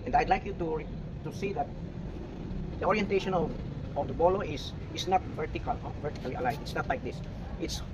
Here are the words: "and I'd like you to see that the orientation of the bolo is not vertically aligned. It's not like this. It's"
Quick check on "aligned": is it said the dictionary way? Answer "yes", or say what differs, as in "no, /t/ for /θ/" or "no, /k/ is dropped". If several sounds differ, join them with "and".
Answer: no, /n/ is dropped